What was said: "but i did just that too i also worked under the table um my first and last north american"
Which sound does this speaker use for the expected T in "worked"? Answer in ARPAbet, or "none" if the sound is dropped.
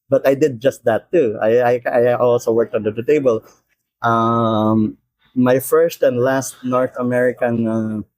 T